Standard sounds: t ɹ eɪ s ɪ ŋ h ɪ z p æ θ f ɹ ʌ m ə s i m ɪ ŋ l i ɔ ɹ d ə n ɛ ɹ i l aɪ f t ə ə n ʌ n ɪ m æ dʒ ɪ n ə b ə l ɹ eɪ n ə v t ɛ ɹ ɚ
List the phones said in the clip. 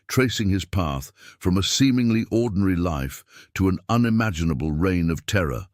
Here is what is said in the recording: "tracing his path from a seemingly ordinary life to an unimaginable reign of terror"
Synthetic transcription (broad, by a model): t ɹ eɪ s ɪ ŋ ɪ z p æ θ f ɹ ʌ m ə s i m ɪ ŋ l i ɔ ɹ d n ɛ ɹ i l aɪ f t ə ə n ʌ n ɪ m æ dʒ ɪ n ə b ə l ɹ eɪ n ə v t ɛ ɹ ɚ